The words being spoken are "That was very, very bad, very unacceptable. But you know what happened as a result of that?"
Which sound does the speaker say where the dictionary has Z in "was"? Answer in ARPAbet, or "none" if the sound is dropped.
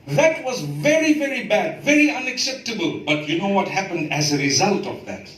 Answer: Z